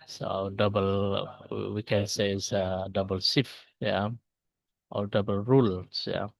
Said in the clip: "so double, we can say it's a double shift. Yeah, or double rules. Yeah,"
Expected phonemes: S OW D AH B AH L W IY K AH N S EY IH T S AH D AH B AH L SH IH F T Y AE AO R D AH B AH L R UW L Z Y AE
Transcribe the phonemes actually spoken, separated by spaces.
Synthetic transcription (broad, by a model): S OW D AH B AH L W IY K AH N S EY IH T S AH D AH B AH L S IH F Y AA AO L D AH B AH L R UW L S Y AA